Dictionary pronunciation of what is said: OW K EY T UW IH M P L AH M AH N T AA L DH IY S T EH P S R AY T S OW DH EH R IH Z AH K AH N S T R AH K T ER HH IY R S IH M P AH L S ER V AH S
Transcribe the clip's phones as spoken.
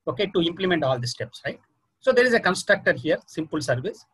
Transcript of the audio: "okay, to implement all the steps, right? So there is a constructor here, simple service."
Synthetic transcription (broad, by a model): OW K EY T UW IH M P L AH M AH N T AA L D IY S T EH P S R AY T S OW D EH R IH Z AH K AH N S T R AH K T ER HH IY R S IH M P AH L S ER V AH S